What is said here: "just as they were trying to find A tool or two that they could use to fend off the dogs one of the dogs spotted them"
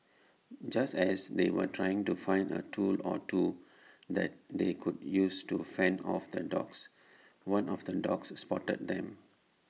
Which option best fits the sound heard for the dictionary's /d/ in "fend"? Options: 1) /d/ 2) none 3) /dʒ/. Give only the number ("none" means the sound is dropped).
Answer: 2